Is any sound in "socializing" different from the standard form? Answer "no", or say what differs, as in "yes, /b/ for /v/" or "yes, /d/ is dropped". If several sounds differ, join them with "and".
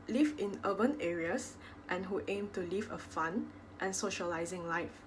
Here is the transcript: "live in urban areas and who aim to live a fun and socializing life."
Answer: no